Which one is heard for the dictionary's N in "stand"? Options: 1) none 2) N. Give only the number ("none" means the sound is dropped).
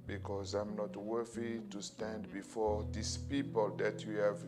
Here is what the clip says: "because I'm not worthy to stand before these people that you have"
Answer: 2